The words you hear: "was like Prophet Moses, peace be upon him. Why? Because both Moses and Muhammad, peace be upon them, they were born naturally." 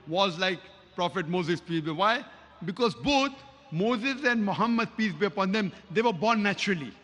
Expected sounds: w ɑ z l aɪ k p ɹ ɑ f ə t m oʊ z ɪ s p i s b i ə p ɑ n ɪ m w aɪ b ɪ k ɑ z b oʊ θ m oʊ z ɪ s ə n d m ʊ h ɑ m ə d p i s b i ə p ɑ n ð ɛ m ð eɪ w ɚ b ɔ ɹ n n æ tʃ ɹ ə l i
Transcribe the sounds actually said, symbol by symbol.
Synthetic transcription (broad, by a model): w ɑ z l aɪ k p ɹ ɑ f ə t m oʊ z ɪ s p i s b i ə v ɑ ɪ b ɪ k ɑ z b oʊ t m oʊ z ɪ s ə n d m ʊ h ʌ m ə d p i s b i ə p ɑ n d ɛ m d eɪ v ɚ b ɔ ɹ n n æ tʃ ɹ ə l i